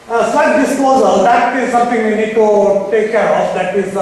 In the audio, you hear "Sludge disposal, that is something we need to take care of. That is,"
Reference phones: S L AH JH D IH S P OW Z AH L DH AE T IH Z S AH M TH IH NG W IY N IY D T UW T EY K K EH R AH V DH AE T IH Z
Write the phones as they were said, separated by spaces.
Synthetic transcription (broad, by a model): S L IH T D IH S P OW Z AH L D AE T IH Z S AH M T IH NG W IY N IY D T UW T EY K K EH R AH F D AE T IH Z